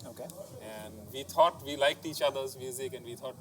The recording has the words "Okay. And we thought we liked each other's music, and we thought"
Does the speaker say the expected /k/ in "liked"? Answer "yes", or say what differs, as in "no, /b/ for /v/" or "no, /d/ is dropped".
yes